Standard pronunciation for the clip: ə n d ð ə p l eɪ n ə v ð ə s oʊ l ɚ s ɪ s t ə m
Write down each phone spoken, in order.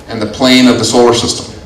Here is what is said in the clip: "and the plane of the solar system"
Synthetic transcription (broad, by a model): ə n ð ə p l eɪ n ə v ð ə s oʊ l ɚ s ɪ s t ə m